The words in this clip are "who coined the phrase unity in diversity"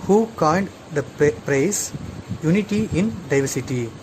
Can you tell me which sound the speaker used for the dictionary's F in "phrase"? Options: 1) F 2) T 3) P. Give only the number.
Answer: 3